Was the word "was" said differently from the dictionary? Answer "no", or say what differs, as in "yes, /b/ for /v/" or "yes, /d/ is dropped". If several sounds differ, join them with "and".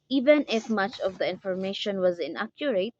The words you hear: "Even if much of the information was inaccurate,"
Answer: no